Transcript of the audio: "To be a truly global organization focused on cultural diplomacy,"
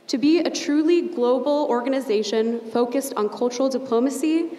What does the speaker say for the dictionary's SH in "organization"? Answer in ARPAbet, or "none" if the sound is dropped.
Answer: SH